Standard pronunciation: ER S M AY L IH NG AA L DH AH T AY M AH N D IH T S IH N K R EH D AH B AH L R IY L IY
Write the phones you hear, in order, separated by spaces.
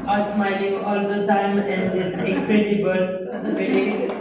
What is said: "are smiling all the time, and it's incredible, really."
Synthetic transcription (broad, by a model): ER S M AY L IH NG AA L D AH T AY M AH N D IH T S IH K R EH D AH B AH L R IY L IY